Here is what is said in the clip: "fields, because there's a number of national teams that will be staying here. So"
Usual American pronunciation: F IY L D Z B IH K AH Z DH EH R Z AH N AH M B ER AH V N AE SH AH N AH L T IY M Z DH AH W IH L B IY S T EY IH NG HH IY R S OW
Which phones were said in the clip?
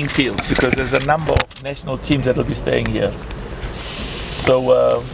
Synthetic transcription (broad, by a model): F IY L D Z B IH K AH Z DH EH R Z AH N AH M B ER AH V N AE SH AH N AH L T IY M Z DH AH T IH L B IY S T EY IH NG HH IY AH S OW